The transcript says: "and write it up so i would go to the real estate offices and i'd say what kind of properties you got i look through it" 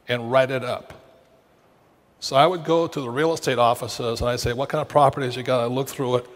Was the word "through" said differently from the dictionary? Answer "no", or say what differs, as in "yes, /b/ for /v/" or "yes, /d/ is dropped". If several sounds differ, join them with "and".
no